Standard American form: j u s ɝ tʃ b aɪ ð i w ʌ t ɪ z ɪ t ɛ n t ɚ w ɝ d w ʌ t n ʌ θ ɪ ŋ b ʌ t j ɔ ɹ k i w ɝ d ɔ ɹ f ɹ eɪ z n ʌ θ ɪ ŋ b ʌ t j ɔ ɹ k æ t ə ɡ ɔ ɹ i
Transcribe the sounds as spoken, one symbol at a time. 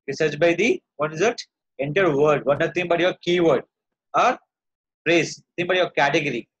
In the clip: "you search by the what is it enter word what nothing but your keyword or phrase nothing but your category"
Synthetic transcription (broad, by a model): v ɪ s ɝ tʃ b aɪ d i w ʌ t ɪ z ɪ t ɛ n t ɚ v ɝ d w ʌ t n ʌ t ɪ ŋ b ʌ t j ɔ ɹ k i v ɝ d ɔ ɹ p ɹ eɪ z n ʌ t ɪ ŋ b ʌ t j ɔ ɹ k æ t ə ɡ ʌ ɹ i